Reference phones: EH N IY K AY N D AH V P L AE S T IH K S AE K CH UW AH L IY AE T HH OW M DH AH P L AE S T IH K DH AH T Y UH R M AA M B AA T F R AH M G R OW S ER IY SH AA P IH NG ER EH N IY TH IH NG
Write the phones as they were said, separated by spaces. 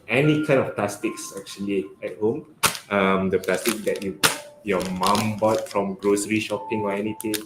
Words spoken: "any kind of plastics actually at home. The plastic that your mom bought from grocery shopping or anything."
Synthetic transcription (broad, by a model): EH N IY K AY N AH F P L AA S T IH K S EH K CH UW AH L IY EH T HH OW M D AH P L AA S T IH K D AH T Y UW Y M AA M B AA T F R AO M G R OW S ER IY SH AA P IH NG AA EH N IY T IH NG